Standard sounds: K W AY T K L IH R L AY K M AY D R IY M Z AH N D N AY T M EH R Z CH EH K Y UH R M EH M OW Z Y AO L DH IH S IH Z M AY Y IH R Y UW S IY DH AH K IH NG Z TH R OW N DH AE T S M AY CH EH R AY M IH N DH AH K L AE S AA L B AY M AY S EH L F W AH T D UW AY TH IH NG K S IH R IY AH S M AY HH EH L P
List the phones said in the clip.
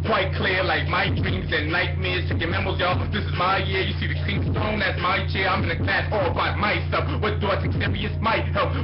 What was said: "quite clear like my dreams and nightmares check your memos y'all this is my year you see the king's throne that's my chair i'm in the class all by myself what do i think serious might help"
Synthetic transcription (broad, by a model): K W AY T K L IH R L AY K M AY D R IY M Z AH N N AY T M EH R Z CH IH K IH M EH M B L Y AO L DH IH S IH Z M AY Y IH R Y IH S IY DH AH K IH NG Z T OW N DH AE T S M AY CH EH R AY M IH N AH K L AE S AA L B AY M AY S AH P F W AH T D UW AY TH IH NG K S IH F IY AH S M AY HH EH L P